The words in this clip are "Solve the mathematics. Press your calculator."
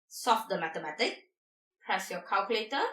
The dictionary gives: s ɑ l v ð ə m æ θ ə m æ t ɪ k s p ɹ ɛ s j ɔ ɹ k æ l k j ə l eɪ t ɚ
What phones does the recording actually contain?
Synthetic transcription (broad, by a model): s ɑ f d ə m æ t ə m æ t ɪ k p ɹ ɛ s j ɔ k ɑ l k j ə l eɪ t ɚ